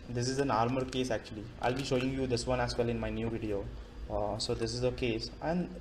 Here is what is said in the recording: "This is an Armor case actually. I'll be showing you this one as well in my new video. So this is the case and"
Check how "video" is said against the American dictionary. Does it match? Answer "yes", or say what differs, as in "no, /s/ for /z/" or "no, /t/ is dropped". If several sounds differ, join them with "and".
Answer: yes